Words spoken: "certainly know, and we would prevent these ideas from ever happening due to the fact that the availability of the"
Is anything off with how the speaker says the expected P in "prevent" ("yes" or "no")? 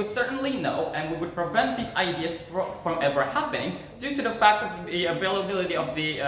no